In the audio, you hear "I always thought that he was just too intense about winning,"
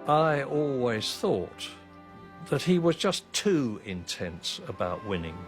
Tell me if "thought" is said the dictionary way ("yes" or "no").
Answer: yes